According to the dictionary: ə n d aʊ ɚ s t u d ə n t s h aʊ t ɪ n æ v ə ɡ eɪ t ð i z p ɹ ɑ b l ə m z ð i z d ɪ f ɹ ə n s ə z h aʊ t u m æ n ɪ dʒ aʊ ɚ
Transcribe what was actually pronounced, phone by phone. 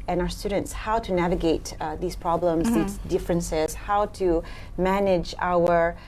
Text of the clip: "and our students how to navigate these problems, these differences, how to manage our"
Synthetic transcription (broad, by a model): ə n aʊ ɚ s t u d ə n t s h aʊ t ɪ n æ v ə ɡ eɪ t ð i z p ɹ ɑ b l ə m z ð i z d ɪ f ɹ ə n s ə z h aʊ t u m æ n ɪ dʒ aʊ ɚ